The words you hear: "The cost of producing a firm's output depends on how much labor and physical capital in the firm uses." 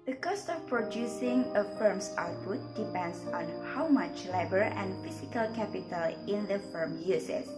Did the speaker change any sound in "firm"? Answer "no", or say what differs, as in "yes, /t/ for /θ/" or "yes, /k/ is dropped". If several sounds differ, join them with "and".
no